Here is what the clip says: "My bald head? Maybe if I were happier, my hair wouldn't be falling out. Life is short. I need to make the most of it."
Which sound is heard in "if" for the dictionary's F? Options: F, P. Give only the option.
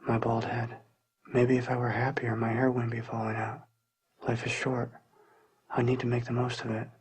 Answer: F